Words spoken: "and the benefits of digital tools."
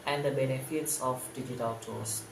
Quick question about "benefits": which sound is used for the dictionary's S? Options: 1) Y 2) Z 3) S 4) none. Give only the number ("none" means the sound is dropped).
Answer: 3